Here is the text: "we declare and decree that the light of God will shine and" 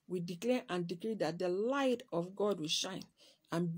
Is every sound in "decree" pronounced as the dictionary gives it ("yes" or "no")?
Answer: yes